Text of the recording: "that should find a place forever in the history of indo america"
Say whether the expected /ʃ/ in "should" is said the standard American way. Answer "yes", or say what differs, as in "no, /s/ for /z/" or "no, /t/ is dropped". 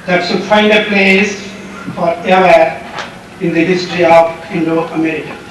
no, /s/ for /ʃ/